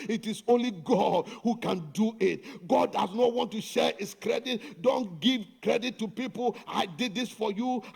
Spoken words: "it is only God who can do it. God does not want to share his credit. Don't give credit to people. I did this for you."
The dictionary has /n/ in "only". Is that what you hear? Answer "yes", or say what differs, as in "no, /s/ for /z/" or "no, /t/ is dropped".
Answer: yes